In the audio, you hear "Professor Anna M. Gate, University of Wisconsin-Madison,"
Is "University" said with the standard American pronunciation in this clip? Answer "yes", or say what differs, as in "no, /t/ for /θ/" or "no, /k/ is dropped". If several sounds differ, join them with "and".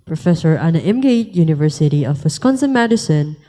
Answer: yes